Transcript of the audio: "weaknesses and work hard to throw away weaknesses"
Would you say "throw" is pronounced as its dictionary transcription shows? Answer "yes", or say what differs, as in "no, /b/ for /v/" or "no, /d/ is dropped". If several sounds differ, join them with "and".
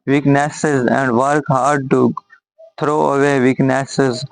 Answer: no, /t/ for /θ/